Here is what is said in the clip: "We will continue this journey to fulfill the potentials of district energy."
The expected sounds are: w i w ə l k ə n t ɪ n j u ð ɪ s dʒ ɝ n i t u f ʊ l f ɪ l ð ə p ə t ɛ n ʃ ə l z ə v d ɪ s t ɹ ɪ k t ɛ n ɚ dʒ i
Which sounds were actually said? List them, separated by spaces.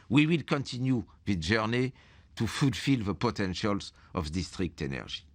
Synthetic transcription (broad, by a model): w i w ə l k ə n t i n j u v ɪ dʒ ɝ n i t u f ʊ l f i l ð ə p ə t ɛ n ʃ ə l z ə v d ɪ s t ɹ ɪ k t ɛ n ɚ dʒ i